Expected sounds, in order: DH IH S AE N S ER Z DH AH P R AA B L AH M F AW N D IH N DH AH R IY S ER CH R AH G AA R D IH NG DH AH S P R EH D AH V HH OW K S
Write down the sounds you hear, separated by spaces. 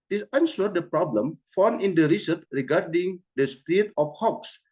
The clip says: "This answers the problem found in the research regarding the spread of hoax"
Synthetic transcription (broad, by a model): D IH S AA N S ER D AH P R AA B L AH M F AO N IH N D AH R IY S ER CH R AH G AA R D IH NG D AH S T R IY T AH F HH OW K S